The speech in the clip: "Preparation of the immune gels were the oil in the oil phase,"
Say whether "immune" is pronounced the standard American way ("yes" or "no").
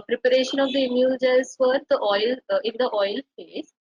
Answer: no